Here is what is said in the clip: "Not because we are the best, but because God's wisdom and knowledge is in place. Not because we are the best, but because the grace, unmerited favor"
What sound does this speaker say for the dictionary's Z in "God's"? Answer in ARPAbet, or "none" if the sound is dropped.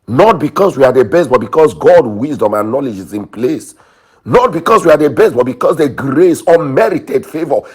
none